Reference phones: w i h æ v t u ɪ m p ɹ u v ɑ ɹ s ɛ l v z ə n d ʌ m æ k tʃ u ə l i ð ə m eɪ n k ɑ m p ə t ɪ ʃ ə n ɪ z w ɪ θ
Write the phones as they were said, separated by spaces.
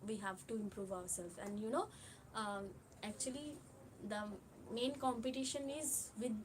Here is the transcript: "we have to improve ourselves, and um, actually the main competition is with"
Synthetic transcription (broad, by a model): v i h æ v t u ɪ m p ɹ u v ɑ ɹ s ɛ l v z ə n d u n æ k tʃ u ə l i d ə m eɪ n k ɑ m p ə t ɪ ʃ ə n ɪ z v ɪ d